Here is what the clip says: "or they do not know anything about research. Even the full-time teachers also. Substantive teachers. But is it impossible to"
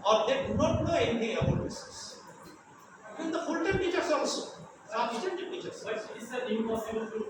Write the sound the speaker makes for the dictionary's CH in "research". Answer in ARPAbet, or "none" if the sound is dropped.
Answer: S